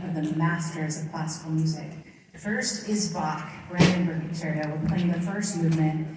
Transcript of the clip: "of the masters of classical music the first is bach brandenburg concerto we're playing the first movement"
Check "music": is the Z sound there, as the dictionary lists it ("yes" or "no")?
yes